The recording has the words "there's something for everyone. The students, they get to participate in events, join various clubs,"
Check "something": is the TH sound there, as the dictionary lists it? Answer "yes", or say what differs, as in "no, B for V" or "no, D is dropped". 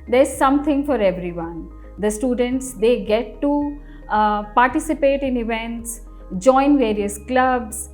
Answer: no, T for TH